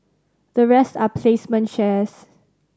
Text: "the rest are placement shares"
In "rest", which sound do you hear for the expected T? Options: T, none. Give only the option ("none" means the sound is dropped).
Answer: T